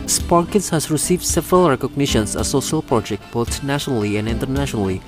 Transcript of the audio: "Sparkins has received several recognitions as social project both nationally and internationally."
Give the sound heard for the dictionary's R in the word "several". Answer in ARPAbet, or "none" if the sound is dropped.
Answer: R